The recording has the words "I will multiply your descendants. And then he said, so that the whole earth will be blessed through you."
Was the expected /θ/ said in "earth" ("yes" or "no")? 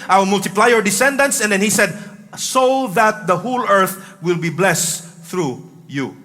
yes